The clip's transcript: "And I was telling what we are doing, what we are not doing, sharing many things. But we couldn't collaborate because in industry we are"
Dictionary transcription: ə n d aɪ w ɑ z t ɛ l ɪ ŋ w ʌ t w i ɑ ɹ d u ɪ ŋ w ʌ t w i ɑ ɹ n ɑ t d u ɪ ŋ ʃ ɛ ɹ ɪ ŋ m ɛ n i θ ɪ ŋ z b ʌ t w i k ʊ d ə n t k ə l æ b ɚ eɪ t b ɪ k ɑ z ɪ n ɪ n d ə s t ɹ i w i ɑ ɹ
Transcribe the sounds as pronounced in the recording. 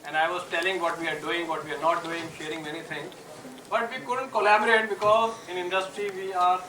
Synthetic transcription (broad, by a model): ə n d aɪ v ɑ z t ɛ l ɪ ŋ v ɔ t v i ɑ ɹ d u ɪ ŋ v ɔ t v i ɑ ɹ n ɑ t d u ɪ ŋ ʃ ɛ ɹ ɪ ŋ m ɛ n i t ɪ ŋ b ʌ t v i k ʊ d ə n t k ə l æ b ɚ eɪ t b ɪ k ɑ z ɪ n ɪ n d ə s t ɹ i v i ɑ ɹ